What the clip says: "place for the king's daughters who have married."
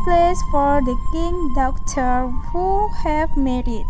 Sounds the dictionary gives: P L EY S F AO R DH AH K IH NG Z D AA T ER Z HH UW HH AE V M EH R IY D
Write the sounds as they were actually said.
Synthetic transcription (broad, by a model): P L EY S F AO R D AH K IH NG D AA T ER HH UW HH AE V M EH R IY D